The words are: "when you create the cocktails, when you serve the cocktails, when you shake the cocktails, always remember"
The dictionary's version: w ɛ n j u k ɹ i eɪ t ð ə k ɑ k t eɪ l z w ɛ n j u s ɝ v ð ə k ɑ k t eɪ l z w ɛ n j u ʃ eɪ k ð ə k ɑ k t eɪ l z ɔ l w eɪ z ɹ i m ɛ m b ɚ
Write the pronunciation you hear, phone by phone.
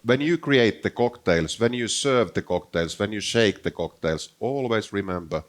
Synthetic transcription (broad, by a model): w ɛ n j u k ɹ i eɪ t ð ə k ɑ k t eɪ l s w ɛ n j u s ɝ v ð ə k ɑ k t eɪ l s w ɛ n j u ʃ eɪ k ð ə k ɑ k t eɪ l s ɔ l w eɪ s ɹ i m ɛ m b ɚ